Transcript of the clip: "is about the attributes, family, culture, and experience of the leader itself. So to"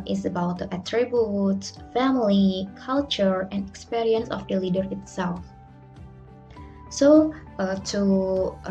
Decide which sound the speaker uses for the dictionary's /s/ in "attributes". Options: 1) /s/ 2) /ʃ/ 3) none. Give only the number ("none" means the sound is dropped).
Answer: 3